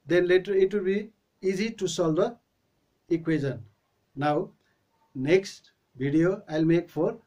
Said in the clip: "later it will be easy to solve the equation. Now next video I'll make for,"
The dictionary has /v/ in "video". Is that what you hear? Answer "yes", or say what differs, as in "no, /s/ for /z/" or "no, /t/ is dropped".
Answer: no, /b/ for /v/